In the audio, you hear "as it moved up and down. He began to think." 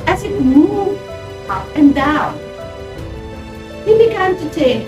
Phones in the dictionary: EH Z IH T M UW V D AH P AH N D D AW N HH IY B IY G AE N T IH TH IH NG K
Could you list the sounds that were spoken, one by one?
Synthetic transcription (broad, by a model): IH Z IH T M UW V AH P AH N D D AW N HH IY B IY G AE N T IH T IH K